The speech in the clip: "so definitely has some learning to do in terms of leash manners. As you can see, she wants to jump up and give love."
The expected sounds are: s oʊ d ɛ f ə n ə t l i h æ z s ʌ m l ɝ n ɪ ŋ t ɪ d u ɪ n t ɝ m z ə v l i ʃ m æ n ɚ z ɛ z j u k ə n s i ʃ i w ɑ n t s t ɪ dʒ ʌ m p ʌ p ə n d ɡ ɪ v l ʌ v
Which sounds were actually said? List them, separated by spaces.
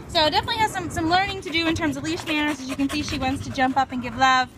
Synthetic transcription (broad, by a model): s oʊ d ɛ f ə n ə t l i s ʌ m s ʌ m l ɝ n ɪ ŋ t ɪ d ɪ ɪ n t ɝ m z ə v l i s m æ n ɚ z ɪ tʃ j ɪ k ə n s i ʃ i w ɑ n t s t ɪ dʒ ʌ m p ʌ p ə n ɡ ɪ v l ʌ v